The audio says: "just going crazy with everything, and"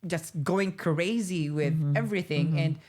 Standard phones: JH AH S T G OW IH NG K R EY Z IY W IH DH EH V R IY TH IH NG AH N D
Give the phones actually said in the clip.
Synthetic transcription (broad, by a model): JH AH S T G OW IH NG K R EY Z IY W IH DH EH V R IY TH IH NG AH N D